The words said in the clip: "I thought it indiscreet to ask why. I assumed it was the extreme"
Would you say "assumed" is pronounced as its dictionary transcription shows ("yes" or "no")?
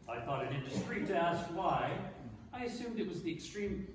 yes